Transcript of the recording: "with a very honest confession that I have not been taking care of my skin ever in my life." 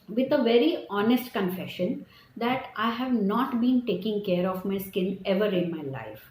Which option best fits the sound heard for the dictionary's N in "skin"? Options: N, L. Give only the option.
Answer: L